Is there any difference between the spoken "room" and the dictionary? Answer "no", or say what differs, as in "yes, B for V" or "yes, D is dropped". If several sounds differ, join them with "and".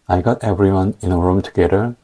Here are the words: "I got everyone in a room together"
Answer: no